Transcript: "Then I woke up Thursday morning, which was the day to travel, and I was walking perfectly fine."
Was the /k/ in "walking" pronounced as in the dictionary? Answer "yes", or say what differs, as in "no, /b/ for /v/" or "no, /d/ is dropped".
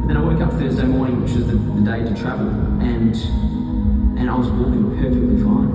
no, /k/ is dropped